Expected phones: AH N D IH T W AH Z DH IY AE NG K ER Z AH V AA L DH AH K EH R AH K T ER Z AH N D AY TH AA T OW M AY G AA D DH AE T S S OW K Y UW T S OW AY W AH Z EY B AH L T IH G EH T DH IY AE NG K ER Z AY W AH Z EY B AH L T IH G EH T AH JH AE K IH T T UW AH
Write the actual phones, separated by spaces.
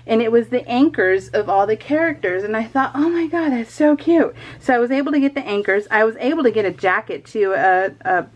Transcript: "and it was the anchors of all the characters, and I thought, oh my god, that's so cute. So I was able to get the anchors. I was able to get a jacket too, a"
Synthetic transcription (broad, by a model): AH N IH T W AH Z DH IY AE NG K ER Z AH V AA L DH AH K EH R AH K T ER Z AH N AY TH AA T OW M AY G AA D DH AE T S S OW K Y UW T S OW AY W AH Z EY B L T IH G EH T DH IY AE NG K ER Z AY W AH Z EY B L T IH G EH T AH JH AE K IH T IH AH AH